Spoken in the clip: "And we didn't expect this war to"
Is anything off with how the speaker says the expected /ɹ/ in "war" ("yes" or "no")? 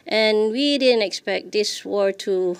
no